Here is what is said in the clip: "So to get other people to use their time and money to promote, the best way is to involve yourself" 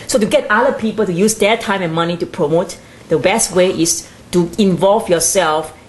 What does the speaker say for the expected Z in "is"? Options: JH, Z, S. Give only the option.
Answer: S